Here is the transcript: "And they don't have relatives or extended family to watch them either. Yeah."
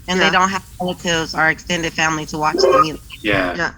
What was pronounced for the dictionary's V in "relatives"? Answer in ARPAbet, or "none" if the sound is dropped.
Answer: none